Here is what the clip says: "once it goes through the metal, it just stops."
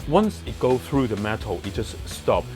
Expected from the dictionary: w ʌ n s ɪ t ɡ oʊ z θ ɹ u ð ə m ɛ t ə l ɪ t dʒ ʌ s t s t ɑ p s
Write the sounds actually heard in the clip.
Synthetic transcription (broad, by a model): w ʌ n s ɪ t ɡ oʊ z θ ɹ u ð ə m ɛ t l ɪ t dʒ ʌ s t s t ɑ p